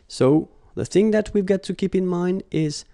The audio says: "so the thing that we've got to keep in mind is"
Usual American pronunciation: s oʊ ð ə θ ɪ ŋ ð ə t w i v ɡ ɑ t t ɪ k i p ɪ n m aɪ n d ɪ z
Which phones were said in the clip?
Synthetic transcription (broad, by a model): s oʊ ð ə θ ɪ ŋ ð ə t w i v ɡ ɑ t t ɪ k i p ɪ n m aɪ n d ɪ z